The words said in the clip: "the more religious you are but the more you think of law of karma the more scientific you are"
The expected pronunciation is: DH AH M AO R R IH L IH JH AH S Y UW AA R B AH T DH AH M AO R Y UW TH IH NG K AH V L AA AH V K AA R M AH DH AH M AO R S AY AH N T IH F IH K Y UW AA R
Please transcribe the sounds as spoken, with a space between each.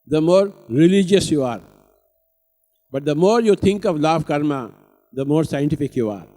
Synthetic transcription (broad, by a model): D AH M AO R R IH L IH JH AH S Y UW AA R B AH T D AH M AO R Y UW T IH NG K AH V L AA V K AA R M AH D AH M AO R S AY AH N T IH F IH K Y UW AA R